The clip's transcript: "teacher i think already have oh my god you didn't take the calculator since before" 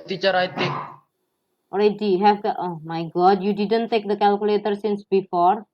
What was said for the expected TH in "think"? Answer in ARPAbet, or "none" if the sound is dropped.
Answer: T